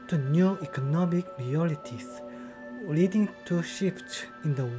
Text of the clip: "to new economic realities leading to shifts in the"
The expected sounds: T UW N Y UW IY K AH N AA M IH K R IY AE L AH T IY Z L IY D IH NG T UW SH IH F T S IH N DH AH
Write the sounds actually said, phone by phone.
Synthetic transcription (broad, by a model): T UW N Y UW IY K AH N AA M IH K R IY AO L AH T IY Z L IY D IH NG T UW SH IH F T IH N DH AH